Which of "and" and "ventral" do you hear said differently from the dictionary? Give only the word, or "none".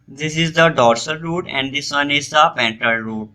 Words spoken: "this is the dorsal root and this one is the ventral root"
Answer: ventral